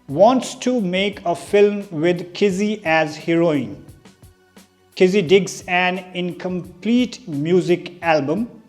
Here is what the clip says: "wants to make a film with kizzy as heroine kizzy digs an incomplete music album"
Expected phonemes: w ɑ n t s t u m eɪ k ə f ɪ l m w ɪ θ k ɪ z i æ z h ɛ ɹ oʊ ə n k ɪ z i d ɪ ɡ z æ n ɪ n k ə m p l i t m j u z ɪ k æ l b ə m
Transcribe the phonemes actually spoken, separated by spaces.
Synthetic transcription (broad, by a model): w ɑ n t s t u m eɪ k ə f ɪ l m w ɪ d k ɪ z i æ z h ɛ ɹ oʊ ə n k ɪ z i d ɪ ɡ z æ n ɪ n k ə m p l i t m j u z ɪ k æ l b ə m